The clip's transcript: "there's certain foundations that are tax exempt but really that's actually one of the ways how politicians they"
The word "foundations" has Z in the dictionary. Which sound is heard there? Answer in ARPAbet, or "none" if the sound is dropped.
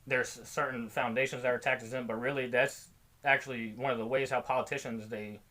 Z